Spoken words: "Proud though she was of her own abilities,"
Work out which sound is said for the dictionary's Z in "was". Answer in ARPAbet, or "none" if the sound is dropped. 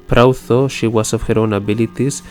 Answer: S